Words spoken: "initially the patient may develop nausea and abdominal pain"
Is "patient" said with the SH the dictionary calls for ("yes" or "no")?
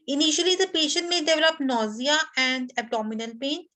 yes